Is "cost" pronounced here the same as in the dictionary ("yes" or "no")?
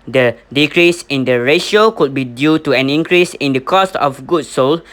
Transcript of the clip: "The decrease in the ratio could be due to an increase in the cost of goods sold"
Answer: yes